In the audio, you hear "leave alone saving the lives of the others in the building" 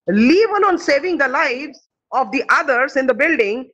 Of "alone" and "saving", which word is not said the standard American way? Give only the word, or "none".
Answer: alone